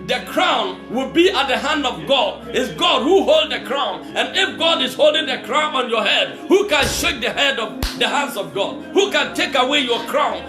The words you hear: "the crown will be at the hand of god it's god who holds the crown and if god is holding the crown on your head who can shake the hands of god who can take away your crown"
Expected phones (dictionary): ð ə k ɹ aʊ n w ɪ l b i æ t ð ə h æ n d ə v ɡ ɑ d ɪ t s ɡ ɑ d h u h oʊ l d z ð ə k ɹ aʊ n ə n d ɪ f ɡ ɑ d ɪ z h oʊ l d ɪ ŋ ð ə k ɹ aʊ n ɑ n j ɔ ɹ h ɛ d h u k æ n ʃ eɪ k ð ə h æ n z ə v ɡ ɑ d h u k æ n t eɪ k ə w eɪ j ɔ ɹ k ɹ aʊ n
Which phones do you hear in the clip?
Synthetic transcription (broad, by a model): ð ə k ɹ aʊ n w ɪ l b i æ t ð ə h æ n d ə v ɡ ɑ d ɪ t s ɡ ɑ d h u h oʊ l d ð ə k ɹ aʊ n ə n ɪ f ɡ ɑ d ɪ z h oʊ l d ɪ ŋ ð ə k ɹ aʊ n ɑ n j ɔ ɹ h ɛ d h u k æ n ʃ eɪ k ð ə h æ n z ə v ɡ ɑ d h u k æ n t eɪ k ə w eɪ j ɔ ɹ k ɹ aʊ n